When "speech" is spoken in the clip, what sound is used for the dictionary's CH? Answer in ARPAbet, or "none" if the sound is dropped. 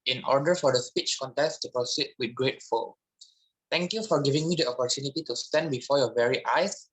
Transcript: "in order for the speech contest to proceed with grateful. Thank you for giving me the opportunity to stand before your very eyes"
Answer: CH